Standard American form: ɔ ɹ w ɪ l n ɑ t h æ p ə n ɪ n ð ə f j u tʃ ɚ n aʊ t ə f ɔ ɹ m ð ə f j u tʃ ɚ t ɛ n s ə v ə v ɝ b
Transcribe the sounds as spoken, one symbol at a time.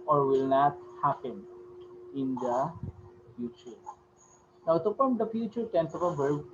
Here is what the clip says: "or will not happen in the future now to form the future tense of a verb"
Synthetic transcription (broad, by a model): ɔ ɹ w ɪ l n ɑ t h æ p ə n ɪ n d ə f j u tʃ ɚ n aʊ t ə p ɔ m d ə f j u tʃ ɚ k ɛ n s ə p ə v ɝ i